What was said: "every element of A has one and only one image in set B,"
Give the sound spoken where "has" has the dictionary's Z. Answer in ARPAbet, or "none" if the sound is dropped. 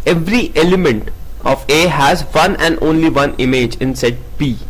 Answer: Z